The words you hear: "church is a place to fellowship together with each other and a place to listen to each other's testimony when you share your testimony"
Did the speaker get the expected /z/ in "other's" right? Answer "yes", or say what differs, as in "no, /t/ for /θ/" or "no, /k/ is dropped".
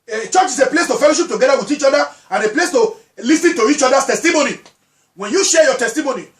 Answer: no, /z/ is dropped